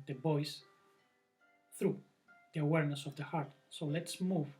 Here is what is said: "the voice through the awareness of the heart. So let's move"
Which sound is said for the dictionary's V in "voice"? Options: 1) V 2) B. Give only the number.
2